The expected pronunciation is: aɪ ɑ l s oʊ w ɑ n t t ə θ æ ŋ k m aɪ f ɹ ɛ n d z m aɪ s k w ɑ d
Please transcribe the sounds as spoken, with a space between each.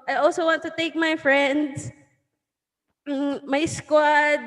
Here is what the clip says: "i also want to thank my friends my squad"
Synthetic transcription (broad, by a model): aɪ ɑ l s oʊ w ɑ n t t ə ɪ k m aɪ f ɹ ɛ n d s m aɪ s k w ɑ d